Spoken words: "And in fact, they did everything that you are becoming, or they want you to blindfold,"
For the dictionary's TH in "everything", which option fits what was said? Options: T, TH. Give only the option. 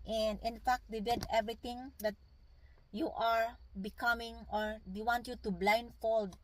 T